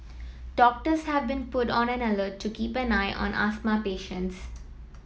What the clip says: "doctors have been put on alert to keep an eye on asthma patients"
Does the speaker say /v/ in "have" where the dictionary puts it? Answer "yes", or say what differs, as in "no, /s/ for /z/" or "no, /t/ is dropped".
yes